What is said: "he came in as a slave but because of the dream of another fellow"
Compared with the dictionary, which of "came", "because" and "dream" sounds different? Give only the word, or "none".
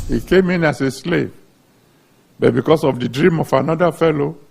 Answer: because